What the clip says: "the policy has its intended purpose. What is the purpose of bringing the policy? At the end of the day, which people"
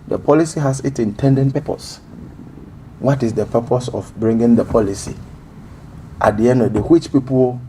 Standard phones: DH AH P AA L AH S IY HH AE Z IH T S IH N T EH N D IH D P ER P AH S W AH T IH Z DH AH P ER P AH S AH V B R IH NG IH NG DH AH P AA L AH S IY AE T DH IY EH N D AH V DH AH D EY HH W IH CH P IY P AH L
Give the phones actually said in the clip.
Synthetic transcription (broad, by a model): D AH P AA L AH S IY HH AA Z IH T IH N T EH N D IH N P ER P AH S W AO T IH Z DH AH P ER P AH S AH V B R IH NG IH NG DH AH P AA L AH S IY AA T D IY EH N D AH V D EY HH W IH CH P IY P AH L